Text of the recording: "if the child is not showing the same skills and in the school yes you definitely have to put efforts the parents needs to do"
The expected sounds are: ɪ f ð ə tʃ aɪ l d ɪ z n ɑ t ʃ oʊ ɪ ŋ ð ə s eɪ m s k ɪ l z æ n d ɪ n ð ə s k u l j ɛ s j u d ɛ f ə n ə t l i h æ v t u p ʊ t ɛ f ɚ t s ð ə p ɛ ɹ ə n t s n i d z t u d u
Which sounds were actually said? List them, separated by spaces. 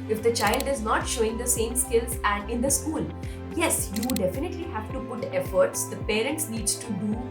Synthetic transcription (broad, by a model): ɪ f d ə tʃ aɪ l d ɪ z n ɑ t ʃ oʊ ɪ ŋ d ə s eɪ m s k ɪ l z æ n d ɪ n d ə s k u l j ɛ s j u d ɛ f ə n ə t l i h æ v t u p ʊ t ɛ f ɚ t s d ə p ɛ ɹ ə n t s n i d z t u d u